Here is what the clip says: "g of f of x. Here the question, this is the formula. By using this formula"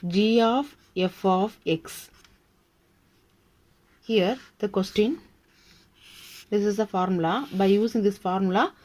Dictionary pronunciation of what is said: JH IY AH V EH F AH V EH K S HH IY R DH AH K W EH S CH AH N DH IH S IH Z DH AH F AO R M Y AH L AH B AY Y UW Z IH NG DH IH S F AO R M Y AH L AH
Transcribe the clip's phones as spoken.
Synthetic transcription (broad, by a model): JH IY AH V EH F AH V EH K S HH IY R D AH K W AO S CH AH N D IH S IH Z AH F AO R M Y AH L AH B AY Y UW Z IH NG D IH S F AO R M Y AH L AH